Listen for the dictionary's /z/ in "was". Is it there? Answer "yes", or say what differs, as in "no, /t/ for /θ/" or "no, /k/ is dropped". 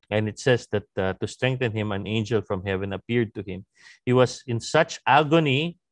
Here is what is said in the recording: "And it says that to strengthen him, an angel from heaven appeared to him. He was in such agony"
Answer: no, /s/ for /z/